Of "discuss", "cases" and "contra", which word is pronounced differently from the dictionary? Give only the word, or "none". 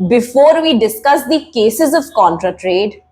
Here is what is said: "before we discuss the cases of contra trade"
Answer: none